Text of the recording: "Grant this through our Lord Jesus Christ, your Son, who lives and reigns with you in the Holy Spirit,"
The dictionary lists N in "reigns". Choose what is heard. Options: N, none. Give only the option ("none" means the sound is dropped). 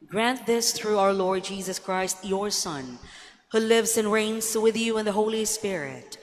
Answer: N